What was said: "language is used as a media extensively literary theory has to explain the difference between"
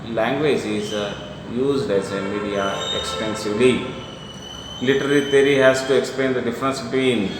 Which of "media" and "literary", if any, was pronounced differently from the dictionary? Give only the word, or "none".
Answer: literary